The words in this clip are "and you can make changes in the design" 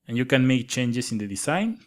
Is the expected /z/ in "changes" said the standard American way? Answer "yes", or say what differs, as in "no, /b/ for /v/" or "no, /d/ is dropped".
no, /s/ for /z/